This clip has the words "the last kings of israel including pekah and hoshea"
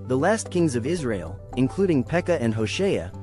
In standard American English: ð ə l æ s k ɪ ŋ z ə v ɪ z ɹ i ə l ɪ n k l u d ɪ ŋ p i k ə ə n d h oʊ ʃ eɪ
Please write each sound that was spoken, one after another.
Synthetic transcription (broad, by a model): ð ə l æ s k ɪ ŋ z ə v ɪ z ɹ i ə l ɪ n k l u d ɪ ŋ p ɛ k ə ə n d h oʊ ʃ eɪ